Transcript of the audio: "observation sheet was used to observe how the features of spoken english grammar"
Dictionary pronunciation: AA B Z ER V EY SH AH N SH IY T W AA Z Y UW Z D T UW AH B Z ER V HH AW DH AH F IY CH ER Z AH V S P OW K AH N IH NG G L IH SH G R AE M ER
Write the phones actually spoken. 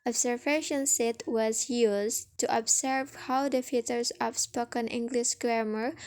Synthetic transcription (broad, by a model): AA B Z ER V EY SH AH N S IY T W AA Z Y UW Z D T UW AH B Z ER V HH AW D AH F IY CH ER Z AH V S P OW K AH N IH NG G L IH SH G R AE M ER